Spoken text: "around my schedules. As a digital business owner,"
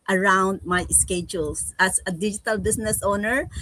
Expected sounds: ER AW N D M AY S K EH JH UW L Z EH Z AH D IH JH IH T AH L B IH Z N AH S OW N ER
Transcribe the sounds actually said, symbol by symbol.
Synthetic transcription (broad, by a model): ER AW N D M AY S K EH JH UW L S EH S AH D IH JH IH T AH L B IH S N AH S OW N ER